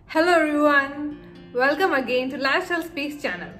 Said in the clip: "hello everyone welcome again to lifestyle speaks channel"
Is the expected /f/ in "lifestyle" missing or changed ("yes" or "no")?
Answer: yes